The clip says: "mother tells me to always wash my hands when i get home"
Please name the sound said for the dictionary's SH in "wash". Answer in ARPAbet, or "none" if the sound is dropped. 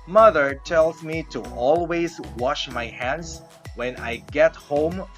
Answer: SH